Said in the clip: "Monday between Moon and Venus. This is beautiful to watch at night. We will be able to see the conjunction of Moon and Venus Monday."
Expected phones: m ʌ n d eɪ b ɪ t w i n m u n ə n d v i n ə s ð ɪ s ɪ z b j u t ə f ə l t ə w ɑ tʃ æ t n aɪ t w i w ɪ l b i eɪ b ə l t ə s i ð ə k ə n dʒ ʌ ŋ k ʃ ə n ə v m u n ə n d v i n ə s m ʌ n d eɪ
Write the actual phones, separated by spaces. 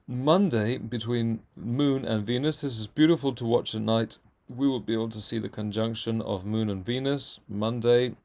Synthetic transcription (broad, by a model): m ʌ n d eɪ b ɪ t w i n m u n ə n v i n ə s ð ɪ s ɪ z b j u t ə f ə l t ə w ɑ tʃ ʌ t n aɪ t w i w ɪ l b i eɪ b l t ə s i ð ə k ə n dʒ ʌ ŋ k ʃ ə n ə v m u n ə n v i n ə s m ʌ n d eɪ